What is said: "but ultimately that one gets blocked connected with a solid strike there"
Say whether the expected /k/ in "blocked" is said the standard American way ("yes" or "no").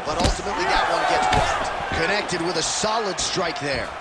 no